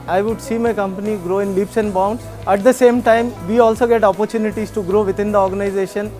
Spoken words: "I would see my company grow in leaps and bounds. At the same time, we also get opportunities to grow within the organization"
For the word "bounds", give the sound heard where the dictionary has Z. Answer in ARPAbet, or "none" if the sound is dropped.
none